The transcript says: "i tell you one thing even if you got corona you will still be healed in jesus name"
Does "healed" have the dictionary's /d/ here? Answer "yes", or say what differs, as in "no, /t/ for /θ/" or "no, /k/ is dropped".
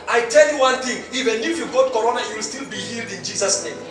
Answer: yes